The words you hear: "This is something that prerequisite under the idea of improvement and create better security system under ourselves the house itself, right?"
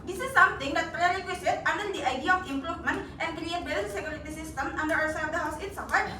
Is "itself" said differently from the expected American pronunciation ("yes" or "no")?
yes